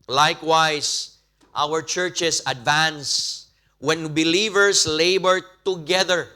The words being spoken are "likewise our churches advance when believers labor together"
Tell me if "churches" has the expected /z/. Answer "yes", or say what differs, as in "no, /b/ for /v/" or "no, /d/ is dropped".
no, /s/ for /z/